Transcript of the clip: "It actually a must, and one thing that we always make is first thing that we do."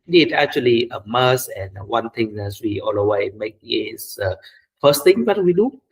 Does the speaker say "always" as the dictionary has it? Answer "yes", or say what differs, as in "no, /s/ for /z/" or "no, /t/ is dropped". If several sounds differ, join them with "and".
no, /z/ is dropped